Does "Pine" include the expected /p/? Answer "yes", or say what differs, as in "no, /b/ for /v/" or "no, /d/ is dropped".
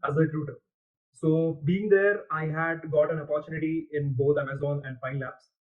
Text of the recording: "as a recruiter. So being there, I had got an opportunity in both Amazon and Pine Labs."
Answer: no, /f/ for /p/